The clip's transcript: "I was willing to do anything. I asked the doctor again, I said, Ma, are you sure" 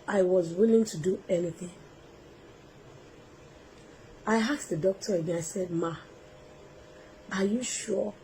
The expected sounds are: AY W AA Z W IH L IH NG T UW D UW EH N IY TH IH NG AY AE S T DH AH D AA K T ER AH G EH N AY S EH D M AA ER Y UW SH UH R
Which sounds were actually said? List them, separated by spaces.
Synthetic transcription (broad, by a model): AY W AA Z W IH L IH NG T UW D UW EH N IY TH IH NG AY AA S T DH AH D AA K T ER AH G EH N AY S EH D M AA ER Y UW SH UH